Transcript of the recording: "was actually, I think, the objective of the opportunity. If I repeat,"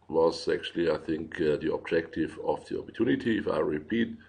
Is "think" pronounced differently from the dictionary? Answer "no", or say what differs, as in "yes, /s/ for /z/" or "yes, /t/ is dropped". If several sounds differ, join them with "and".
no